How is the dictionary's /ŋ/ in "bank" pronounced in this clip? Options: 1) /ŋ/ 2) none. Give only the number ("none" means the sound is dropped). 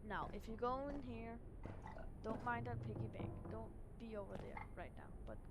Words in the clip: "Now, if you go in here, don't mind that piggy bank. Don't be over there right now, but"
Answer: 2